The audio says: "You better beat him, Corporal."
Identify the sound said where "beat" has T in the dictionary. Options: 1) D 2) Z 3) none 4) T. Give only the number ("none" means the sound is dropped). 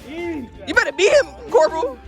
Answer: 3